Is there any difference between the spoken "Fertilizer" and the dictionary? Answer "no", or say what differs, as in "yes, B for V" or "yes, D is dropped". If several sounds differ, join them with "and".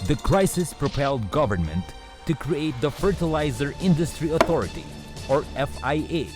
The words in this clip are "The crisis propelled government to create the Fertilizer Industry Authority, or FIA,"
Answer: no